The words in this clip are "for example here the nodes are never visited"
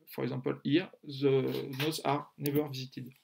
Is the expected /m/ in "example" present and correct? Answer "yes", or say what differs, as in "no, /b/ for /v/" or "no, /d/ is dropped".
no, /m/ is dropped